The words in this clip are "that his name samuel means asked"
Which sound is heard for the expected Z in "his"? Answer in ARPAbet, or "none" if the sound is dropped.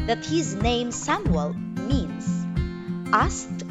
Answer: Z